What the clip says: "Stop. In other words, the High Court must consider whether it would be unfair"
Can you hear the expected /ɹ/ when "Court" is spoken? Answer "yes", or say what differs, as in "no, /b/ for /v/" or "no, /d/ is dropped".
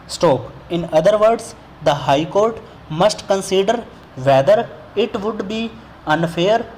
yes